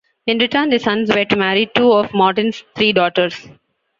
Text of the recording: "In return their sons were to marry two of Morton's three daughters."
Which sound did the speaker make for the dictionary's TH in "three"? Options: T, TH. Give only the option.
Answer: T